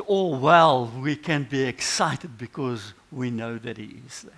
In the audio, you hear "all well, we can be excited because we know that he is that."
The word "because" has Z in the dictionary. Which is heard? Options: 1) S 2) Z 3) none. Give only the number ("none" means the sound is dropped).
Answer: 2